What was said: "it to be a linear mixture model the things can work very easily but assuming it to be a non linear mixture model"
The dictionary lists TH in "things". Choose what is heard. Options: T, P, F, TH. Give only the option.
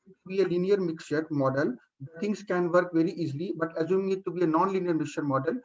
T